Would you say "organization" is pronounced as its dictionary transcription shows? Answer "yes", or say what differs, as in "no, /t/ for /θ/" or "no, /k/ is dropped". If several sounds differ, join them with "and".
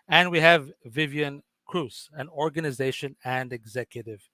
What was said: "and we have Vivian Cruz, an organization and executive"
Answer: yes